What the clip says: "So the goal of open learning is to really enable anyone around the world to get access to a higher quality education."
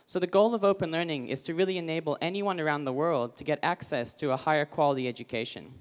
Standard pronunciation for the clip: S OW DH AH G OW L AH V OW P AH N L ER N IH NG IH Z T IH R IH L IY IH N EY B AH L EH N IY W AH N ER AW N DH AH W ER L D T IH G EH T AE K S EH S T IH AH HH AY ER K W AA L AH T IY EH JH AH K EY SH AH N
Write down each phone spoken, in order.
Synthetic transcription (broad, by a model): S OW DH AH G OW L AH V OW P AH N L ER N IH NG IH Z T IH R IH L IY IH N EY B L EH N IY W AH N ER AW N DH AH W ER L D T IH G EH T AE K S EH S T IH AH HH AY ER K W AA L AH T IY EH JH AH K EY SH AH N